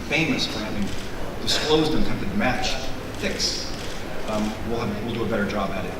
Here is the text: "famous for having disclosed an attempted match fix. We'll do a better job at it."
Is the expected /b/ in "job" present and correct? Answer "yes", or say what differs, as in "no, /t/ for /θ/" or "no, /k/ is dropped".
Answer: yes